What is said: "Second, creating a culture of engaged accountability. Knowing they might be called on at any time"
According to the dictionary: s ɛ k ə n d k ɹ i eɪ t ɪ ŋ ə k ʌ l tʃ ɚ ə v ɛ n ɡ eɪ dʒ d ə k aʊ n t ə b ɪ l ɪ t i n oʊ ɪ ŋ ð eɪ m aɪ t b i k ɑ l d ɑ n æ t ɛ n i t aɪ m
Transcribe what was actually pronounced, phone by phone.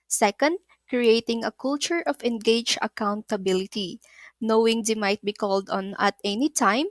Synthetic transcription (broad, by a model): s ɛ k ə n d k ɹ i eɪ t ɪ ŋ ə k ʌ l tʃ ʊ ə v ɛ n ɡ eɪ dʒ ə k aʊ n t ə b ɪ l ɪ t i n oʊ ɪ ŋ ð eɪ m aɪ t b i k ɑ l d ɑ n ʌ t ɛ n i t aɪ m